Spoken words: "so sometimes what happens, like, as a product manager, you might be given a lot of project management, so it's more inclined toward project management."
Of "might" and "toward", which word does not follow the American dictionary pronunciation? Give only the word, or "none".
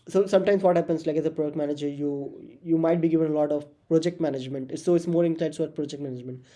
toward